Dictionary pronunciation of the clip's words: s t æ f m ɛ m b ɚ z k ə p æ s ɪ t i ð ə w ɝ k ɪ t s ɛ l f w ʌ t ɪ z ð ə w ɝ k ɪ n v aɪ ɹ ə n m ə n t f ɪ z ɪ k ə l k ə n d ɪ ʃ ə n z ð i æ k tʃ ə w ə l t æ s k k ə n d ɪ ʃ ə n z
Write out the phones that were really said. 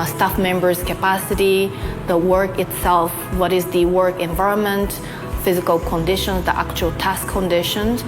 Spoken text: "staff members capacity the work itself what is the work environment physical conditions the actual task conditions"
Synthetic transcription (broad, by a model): s t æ f m ɛ m b ɚ z k ə p æ s ɪ t i ð ə w ɝ k ɪ t s ɛ l f w ʌ t ɪ z ð ə w ɝ k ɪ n v aɪ ɹ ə n m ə n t f ɪ z ɪ k ə l k ə n d ɪ ʃ ə n z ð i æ k tʃ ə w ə l t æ s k k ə n d ɪ ʃ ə n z